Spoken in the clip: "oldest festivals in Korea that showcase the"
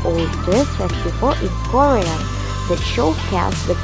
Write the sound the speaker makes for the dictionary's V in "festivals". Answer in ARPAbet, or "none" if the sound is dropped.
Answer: F